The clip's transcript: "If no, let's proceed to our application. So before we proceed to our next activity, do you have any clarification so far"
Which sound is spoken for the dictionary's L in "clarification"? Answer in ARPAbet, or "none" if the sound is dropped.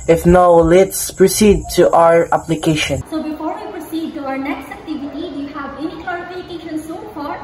none